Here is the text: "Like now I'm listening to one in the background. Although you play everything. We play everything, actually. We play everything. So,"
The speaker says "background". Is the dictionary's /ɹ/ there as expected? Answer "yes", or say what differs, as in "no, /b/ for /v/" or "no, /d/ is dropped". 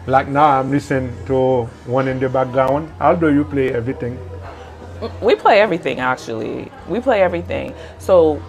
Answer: no, /ɹ/ is dropped